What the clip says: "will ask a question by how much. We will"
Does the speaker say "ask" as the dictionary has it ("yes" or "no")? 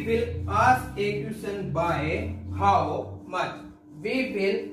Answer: no